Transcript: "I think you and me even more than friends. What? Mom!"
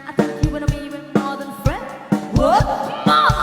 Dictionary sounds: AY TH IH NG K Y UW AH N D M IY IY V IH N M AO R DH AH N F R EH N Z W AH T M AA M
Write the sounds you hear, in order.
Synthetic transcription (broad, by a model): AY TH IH K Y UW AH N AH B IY IY V IH N M AO R DH AH N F R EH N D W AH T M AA